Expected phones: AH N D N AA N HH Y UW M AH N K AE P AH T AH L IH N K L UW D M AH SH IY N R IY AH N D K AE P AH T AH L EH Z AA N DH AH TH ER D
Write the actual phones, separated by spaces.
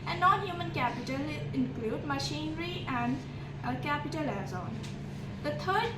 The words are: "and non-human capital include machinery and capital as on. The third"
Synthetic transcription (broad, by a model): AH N N AA N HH Y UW M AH N K AE P AH T AH L IH N K L UW D M AH SH IY N R IY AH N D K AE P AH T AH L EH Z AA N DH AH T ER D